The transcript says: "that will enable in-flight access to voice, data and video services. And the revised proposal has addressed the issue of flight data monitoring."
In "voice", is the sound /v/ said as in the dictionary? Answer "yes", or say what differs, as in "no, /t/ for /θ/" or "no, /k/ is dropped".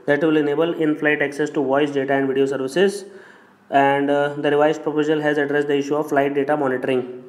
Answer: yes